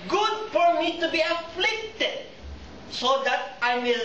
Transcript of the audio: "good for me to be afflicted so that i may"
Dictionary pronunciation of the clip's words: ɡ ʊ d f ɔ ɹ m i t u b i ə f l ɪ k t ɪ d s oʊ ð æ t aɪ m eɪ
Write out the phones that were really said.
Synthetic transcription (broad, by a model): ɡ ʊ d f ɔ ɹ m i t u b i ə f l ɪ k t ɪ d s oʊ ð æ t aɪ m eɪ